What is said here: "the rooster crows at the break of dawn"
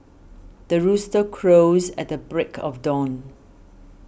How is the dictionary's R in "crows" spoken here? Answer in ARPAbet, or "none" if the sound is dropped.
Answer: R